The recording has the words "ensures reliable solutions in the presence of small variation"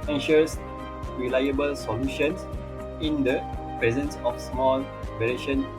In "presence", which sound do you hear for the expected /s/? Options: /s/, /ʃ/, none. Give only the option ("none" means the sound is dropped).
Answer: /s/